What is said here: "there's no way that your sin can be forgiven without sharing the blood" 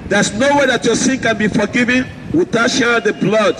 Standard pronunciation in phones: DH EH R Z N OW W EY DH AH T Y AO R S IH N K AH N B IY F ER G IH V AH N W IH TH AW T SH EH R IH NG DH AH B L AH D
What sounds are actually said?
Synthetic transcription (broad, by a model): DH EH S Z N OW W EY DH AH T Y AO S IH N K AH N B IY F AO G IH V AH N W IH T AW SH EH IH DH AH B L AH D